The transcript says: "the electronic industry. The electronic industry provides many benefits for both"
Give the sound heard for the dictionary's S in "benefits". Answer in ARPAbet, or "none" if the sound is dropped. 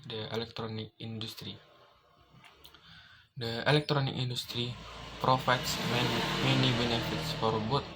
S